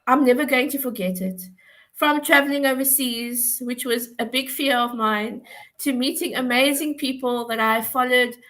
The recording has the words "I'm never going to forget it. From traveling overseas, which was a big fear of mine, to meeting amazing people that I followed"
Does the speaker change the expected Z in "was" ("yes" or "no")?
no